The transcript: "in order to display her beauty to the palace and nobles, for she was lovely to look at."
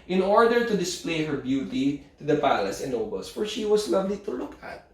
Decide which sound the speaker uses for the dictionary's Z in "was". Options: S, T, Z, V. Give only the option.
S